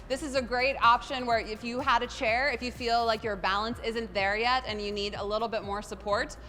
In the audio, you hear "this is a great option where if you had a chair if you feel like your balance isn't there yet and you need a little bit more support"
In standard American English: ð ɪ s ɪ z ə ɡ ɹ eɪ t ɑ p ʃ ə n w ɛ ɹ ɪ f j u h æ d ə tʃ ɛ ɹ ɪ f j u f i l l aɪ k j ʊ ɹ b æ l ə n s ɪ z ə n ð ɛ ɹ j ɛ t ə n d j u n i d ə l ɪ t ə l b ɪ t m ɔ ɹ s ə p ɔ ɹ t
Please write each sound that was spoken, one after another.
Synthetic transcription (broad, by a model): ð ɪ s ɪ z ə ɡ ɹ eɪ t ɑ p ʃ ə n w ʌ ɹ ɪ f j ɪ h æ d ə tʃ ɛ ɹ ɪ f j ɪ f i l l aɪ k j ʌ ɹ b æ l ə n s ɪ z ə n ð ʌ ɹ j ɛ t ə n j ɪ n i d ə l ɪ t l b ɪ t m ɔ ɹ s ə p ɔ ɹ t